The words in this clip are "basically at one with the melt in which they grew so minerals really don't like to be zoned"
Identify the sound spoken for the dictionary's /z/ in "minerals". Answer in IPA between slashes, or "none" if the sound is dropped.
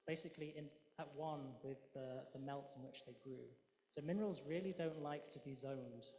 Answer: /z/